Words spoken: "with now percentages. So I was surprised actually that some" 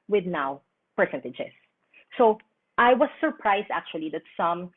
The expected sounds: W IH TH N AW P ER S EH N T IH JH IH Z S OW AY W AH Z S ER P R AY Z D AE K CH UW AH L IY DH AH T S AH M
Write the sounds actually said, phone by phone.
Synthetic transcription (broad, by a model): W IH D N AW P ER S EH N T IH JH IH S OW AY W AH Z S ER P R AY S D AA K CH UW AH L IY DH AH T S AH M